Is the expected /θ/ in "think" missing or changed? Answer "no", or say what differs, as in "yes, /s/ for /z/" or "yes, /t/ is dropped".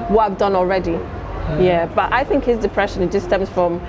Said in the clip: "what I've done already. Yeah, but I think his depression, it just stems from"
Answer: no